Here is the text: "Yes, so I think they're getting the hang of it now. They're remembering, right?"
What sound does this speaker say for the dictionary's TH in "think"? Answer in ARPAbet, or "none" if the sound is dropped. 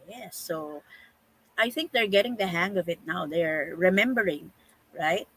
TH